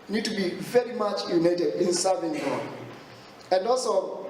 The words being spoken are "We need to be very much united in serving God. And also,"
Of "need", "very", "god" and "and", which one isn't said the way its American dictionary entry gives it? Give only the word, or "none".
god